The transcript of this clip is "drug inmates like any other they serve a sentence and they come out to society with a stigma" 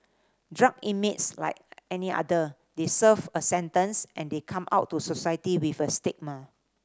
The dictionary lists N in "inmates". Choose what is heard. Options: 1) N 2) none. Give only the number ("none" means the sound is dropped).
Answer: 2